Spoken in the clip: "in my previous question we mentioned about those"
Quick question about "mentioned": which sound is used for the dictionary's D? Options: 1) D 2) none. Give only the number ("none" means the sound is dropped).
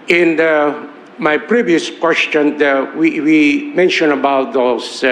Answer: 2